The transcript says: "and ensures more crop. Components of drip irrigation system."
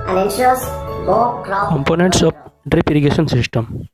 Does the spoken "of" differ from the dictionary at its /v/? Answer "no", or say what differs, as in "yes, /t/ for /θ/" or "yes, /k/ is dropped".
yes, /p/ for /v/